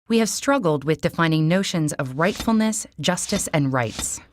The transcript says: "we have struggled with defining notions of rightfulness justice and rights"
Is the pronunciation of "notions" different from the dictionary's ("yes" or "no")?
no